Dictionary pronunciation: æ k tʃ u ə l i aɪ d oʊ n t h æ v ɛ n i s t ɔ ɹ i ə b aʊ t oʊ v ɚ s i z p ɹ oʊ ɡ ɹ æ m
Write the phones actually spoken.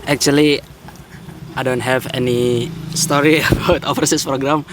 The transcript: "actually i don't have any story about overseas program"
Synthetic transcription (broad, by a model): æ k tʃ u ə l i aɪ d oʊ n t h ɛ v ɛ n i s t ɔ ɹ i ə b aʊ t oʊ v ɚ s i s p ɹ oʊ ɡ ɹ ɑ m